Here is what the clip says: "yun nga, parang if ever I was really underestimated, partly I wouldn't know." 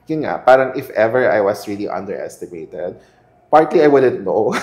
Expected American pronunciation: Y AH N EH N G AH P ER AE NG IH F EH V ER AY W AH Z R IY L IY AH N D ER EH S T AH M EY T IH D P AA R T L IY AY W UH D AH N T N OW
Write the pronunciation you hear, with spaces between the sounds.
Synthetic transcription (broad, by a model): Y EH N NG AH P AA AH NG IH F EH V ER AY W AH S R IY L IY AH N D ER EH S T AH M EY T IH D P AA R T L IY AY W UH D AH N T N OW